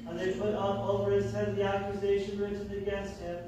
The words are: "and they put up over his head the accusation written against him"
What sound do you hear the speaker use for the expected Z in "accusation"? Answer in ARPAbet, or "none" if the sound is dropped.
Z